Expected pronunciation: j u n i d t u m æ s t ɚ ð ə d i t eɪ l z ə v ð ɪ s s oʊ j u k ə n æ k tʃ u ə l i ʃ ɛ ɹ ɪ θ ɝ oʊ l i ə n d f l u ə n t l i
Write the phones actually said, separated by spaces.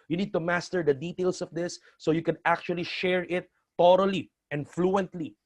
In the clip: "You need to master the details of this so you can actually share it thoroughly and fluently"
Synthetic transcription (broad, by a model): j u n i d t u m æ s t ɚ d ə d i t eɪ l s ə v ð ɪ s s oʊ j u k ə n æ k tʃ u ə l i ʃ ɛ ɹ ɪ t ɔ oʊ l i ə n f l u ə n t l i